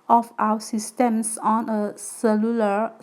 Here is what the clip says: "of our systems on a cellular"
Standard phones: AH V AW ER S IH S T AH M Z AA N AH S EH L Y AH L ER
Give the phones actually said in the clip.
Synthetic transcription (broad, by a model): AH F AW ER S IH S T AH M S AA N AH S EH L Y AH L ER